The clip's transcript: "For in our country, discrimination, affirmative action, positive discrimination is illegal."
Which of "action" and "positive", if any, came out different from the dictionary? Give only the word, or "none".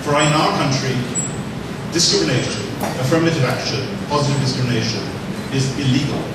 none